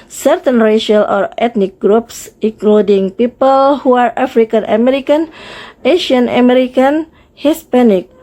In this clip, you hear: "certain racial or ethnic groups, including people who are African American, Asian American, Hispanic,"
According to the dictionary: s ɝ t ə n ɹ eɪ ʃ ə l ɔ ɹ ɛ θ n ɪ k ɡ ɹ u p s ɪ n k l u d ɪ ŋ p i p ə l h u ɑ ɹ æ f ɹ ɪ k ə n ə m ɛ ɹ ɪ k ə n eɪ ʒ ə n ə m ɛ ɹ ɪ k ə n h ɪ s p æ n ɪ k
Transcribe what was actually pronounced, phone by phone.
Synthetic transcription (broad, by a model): s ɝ t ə n ɹ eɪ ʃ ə l ɔ ɹ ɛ t n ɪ k ɡ ɹ u p s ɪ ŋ k l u d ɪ ŋ p i p ə l h u ɑ ɹ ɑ f ɹ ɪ k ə n ə m ɛ ɹ ɪ k ə n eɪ ʃ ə n ə m ɛ ɹ ɪ k ə n h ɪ s p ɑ n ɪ k